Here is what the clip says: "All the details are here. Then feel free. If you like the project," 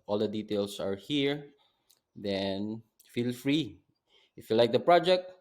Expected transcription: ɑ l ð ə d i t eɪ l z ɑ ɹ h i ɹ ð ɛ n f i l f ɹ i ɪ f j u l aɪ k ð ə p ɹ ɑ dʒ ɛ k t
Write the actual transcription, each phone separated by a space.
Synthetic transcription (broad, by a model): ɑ l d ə d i t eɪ l s ɑ ɹ h i ɹ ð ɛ n f i l f ɹ i ɪ f j u l aɪ k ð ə p ɹ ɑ dʒ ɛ k t